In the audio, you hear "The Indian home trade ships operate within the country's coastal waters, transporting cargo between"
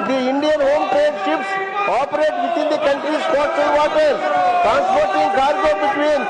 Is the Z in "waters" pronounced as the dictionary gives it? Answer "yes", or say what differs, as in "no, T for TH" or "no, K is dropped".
no, Z is dropped